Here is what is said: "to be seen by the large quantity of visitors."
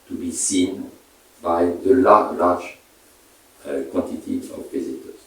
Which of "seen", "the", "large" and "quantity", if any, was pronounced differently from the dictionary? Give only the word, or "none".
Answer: large